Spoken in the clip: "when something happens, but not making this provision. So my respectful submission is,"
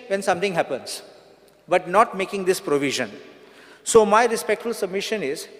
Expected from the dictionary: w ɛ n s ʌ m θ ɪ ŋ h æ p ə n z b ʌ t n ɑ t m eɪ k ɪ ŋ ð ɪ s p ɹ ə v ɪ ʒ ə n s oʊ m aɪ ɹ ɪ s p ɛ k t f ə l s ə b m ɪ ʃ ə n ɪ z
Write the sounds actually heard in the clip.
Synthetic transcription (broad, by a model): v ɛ n s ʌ m t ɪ ŋ h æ p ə n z b ʌ t n ɑ t m eɪ k ɪ ŋ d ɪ s p ɹ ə v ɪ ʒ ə n s oʊ m aɪ ɹ ɪ s p ɛ k t f ə l s ə b m ɪ ʃ ə n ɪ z